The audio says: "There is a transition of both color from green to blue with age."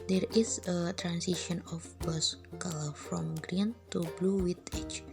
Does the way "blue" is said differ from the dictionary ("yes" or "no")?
no